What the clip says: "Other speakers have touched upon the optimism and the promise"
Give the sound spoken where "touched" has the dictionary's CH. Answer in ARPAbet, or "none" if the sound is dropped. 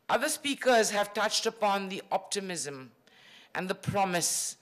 CH